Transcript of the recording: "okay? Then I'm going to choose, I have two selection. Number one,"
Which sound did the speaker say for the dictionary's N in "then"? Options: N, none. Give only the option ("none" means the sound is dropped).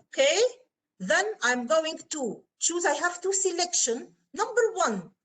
N